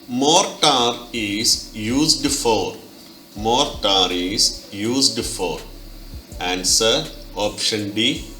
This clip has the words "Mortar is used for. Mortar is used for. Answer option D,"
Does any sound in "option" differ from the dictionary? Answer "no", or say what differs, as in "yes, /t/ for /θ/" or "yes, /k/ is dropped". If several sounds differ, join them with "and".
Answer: no